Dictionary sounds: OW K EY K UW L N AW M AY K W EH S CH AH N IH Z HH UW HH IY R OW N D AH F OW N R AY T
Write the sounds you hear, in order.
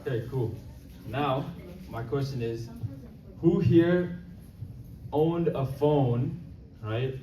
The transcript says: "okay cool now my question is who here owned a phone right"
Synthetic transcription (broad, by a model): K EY K UW L N AW M AY K W EH S CH AH N IH Z HH UW HH IY R OW N D AH F OW N R AY T